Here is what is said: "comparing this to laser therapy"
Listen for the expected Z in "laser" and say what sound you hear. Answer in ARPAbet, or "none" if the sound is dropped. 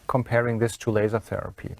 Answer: Z